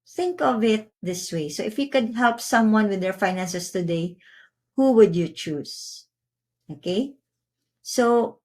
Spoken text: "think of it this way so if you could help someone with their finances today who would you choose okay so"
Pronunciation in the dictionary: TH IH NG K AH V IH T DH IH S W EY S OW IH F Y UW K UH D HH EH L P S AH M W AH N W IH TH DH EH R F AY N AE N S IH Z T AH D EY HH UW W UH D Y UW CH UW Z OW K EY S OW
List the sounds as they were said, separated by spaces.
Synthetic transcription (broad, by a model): TH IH NG K AH V IH T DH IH S W EY S OW IH F Y UW K UH D HH EH L P S AH M W AH N W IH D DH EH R F AY N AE N S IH S T AH D EY HH UW W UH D Y UW CH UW S OW K EY S OW